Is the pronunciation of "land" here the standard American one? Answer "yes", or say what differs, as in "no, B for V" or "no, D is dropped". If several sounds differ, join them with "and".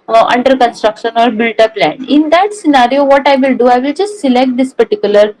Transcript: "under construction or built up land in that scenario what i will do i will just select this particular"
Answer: no, D is dropped